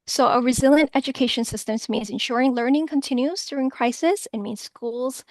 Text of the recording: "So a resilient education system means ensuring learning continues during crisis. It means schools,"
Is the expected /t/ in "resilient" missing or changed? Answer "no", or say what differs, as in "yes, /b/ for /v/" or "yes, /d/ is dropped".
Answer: no